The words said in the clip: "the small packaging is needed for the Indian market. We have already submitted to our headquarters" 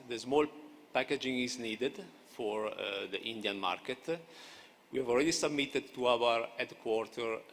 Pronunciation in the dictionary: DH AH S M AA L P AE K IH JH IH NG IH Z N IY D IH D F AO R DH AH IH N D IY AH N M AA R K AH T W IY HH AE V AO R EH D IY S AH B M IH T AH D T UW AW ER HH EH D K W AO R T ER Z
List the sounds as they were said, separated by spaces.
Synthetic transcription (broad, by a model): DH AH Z M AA L P AE K IH JH IH NG IH Z N IY D IH D F AO R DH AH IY N D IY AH N M AA R K AH T W IY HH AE V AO L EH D IY S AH B M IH T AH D T UW AW ER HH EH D K W AO R T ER